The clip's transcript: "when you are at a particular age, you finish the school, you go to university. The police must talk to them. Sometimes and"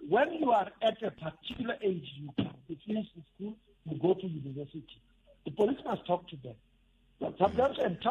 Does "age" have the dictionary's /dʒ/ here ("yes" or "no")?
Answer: yes